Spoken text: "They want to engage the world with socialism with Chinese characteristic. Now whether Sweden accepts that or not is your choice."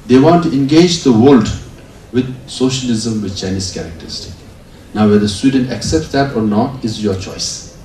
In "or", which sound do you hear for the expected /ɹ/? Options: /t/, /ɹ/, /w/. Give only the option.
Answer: /ɹ/